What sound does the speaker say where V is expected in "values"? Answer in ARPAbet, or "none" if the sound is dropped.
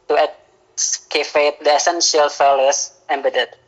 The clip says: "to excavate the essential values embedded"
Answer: F